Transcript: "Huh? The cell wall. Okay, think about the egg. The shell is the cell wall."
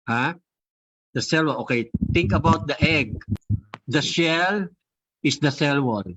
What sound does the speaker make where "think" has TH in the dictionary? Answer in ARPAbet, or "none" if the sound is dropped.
T